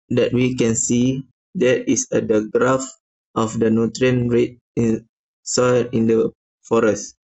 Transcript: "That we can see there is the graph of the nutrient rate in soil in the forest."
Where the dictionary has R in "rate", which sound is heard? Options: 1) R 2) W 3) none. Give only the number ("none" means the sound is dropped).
1